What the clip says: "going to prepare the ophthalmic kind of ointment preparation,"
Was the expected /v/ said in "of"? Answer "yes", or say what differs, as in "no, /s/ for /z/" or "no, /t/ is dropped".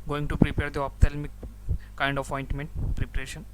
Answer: no, /p/ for /v/